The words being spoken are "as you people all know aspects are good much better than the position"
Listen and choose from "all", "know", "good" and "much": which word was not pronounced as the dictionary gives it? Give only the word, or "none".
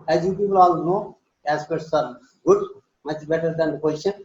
none